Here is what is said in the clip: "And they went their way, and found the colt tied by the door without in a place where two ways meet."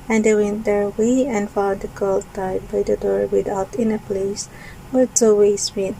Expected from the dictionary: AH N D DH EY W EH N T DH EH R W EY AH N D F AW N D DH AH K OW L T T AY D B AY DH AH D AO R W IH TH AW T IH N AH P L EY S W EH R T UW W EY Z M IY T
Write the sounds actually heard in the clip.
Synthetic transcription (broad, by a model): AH N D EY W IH N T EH R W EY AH N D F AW D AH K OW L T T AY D B AY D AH D AO R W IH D AW T IH N AH P L EY S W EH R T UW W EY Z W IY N